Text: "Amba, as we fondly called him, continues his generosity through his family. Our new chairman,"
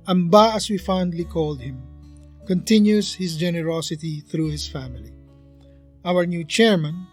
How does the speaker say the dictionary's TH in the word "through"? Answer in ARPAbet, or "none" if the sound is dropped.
TH